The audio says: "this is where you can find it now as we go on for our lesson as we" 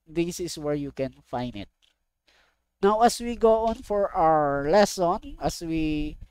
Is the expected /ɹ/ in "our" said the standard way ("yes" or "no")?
yes